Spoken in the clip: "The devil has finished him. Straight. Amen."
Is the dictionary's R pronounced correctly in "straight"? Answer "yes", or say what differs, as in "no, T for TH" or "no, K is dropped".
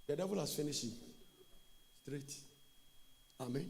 yes